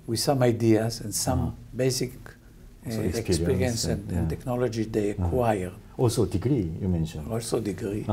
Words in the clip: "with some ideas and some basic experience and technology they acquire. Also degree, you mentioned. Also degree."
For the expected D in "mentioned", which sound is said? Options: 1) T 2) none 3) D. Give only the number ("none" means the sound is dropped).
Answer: 2